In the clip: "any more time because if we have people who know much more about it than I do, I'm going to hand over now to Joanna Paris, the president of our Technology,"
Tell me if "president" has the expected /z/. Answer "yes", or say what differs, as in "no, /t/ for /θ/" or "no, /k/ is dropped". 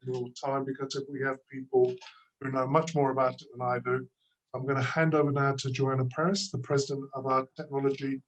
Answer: yes